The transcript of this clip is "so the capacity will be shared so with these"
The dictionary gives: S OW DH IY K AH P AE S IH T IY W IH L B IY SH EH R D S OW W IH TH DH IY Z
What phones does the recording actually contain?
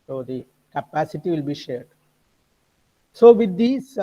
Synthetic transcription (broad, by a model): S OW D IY K AH P AE S IH T IY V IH L B IY SH EH R D S OW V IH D IY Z